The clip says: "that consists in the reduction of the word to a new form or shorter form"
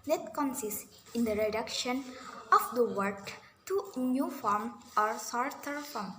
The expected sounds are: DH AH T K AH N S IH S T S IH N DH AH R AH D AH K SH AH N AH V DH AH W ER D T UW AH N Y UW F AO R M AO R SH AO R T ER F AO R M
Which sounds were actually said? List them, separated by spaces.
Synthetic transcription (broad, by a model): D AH T K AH N S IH S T IH N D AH R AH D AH K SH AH N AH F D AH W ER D T UW N Y UW F AO R M AO R S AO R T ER F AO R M